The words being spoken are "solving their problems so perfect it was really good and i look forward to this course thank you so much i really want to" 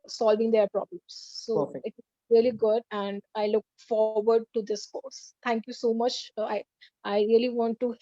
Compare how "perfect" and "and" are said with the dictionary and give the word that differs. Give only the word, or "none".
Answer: perfect